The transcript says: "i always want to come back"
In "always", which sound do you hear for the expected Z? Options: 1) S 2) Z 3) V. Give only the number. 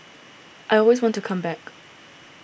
2